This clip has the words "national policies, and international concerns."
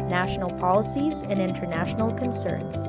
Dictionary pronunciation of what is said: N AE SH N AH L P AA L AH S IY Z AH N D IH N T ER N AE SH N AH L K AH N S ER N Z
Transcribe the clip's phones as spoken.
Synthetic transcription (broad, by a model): N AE SH N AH L P AA L AH S IY Z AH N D IH N T ER N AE SH N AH L K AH N S ER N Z